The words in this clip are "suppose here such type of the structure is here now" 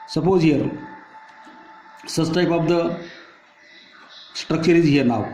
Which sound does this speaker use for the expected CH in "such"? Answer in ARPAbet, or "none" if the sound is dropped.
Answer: S